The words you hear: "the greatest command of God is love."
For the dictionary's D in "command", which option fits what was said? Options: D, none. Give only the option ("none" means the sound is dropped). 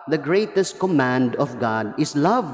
D